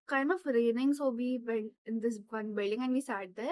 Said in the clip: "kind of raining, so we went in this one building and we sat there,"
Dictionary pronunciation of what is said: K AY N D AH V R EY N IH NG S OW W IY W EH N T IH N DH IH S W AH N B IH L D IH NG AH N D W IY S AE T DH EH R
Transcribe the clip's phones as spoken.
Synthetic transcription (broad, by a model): K AY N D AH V R EY N IH NG S OW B IY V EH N IH N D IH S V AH N B IH L D IH NG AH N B IY S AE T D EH R